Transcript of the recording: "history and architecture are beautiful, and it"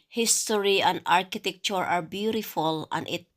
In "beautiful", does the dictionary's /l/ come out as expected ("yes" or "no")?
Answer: yes